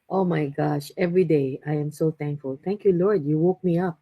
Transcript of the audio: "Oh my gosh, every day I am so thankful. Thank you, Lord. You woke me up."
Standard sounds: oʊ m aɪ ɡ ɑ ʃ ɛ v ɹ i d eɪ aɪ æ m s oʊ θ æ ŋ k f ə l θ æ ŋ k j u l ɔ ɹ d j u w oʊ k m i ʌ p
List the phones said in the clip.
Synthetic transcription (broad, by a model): oʊ m aɪ ɡ ɑ ʃ ɛ v ɹ i d eɪ aɪ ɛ m s oʊ t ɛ ŋ k f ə l t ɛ ŋ k j u l ɔ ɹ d j u w oʊ k m i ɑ p